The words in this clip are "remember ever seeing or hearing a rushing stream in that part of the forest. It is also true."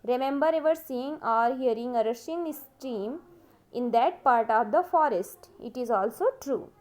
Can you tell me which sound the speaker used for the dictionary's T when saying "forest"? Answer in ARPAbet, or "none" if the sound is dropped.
T